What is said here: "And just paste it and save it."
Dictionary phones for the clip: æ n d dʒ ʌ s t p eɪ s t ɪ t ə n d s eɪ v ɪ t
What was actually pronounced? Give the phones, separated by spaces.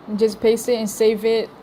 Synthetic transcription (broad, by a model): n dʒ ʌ s p eɪ s ɪ t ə n s eɪ v ɪ t